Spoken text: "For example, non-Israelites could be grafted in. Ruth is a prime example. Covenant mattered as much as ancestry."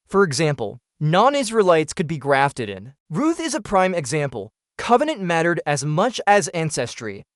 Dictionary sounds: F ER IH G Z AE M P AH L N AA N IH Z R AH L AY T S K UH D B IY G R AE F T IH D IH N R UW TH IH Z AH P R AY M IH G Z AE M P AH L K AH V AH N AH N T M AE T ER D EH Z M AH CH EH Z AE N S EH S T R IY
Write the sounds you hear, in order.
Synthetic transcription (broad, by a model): F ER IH G Z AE M P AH L N AA N IH Z R AH L AY T S K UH D B IY G R AE F T IH D IH N R UW TH IH Z AH P R AY M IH G Z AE M P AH L K AH V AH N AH N M AE T ER D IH Z M AH CH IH Z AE N S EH S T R IY